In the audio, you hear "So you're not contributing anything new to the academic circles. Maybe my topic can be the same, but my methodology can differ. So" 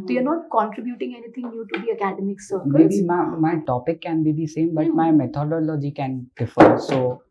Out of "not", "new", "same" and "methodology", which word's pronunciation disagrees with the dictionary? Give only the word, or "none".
methodology